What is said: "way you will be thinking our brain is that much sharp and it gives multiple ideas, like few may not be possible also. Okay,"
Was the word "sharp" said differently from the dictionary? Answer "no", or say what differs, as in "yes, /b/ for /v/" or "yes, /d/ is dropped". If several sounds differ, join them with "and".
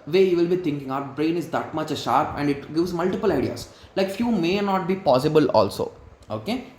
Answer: no